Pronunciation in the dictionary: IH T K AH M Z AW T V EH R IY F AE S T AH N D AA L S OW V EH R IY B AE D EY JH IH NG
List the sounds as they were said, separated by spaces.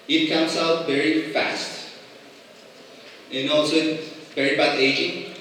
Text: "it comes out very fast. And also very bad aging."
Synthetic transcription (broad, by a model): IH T K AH M S AW T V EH R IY F AE S T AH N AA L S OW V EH R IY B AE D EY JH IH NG